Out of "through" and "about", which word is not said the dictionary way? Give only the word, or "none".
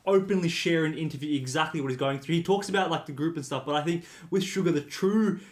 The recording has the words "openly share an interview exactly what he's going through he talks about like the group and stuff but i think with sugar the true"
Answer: none